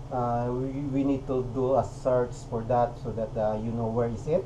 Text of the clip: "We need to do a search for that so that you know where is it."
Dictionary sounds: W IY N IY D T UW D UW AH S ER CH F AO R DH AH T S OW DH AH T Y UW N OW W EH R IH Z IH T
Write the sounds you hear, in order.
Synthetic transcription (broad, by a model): W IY N IY D T UW D UW AH S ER S F AO R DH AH T S OW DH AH T Y UW N OW W EH R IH S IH T